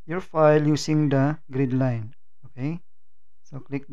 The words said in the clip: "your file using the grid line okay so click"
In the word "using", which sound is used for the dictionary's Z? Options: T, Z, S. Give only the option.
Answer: S